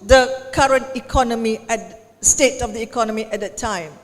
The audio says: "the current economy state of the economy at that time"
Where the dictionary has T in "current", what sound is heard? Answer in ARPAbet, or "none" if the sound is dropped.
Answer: T